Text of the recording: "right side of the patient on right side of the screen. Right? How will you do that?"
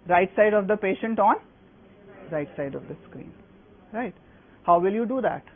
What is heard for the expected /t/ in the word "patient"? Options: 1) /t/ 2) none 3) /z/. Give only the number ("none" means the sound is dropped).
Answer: 1